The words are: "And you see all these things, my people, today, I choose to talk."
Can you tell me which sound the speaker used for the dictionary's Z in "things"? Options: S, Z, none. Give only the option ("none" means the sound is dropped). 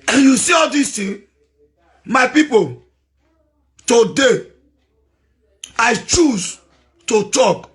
none